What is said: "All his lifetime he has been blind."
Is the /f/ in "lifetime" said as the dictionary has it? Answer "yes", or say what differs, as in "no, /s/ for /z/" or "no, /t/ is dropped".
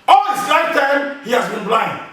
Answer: no, /f/ is dropped